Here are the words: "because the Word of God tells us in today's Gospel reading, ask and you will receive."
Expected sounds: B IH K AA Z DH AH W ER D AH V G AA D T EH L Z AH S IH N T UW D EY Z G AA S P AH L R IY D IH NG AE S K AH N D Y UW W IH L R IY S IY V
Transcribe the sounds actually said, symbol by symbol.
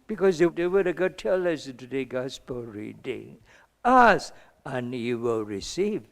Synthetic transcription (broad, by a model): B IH K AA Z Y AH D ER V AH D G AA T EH L AH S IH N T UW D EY G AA S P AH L R IY D IH NG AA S AH N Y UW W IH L R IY S IY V